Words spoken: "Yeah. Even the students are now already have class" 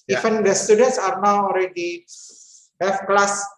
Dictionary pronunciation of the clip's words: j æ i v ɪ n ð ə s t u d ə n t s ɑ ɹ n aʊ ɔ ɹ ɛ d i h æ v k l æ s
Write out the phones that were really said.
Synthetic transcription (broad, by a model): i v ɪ n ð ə s t u d ə n t s ɑ ɹ n aʊ ɔ ɹ ɛ d i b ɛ f k l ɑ s